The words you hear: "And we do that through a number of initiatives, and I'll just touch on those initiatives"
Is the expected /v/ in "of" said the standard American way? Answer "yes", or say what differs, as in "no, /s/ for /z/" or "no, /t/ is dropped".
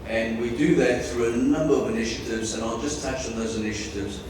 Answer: yes